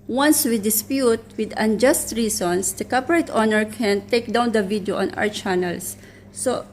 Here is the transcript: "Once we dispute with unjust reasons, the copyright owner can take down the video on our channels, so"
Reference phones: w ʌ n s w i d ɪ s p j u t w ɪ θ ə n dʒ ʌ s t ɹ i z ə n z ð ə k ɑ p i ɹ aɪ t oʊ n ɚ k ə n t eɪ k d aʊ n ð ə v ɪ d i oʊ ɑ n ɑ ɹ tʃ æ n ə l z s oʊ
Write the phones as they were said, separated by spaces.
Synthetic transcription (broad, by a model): w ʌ n s w i d ɪ s p j u t w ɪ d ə n dʒ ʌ s t ɹ i s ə n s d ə k ɑ p i ɹ aɪ t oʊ n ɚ k ə n t eɪ k d aʊ n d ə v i d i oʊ ɑ n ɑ w tʃ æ n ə l s oʊ